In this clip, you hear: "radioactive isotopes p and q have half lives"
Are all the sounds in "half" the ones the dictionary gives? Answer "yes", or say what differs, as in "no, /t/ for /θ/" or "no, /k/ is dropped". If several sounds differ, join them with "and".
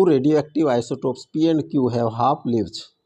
no, /p/ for /f/